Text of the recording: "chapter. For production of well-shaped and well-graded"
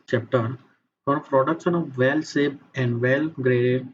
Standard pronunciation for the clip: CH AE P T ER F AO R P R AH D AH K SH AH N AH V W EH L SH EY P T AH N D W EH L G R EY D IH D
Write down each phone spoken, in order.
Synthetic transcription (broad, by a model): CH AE P T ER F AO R P R AH D AH K SH AH N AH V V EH L S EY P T AH N D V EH L G R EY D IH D